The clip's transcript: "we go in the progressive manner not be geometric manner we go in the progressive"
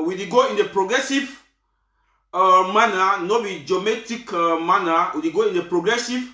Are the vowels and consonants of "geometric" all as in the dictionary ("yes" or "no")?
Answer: no